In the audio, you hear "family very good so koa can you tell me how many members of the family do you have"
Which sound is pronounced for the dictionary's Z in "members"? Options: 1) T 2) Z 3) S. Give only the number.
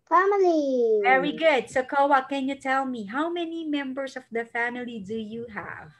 3